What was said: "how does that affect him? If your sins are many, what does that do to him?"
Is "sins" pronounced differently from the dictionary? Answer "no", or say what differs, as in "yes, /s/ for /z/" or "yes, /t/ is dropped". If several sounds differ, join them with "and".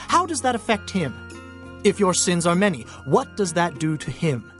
no